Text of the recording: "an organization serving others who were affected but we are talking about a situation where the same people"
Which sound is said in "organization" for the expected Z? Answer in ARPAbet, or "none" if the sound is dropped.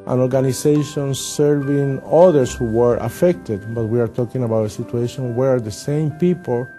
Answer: S